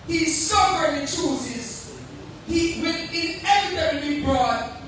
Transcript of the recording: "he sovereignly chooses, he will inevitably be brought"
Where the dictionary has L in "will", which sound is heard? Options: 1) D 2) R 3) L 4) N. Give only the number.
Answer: 4